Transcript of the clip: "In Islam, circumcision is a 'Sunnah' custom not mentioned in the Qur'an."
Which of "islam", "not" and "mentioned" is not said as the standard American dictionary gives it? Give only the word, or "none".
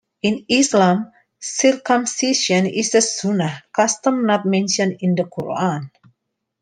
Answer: mentioned